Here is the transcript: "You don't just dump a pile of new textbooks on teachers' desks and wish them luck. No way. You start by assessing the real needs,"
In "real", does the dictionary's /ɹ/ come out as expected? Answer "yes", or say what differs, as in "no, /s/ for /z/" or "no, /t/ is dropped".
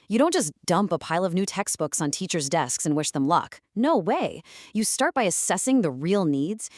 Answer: yes